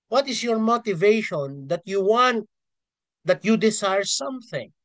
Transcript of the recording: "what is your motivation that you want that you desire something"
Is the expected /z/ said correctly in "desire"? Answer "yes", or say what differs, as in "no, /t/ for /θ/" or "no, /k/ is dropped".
no, /s/ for /z/